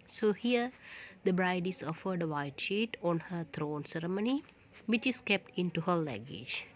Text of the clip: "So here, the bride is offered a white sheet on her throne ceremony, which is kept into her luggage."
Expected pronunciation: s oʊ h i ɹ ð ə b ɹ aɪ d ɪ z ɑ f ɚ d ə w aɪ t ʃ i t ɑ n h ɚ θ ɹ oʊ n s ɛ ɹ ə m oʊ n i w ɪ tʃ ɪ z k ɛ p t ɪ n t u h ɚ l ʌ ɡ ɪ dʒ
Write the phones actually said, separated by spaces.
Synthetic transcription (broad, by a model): s oʊ h i ɹ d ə b ɹ aɪ d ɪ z ɑ f ɚ d ə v aɪ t ʃ i t ɑ n h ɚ t ɹ oʊ n s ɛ ɹ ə m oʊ n i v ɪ tʃ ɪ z k ɛ p t ɪ n t u h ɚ l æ ɡ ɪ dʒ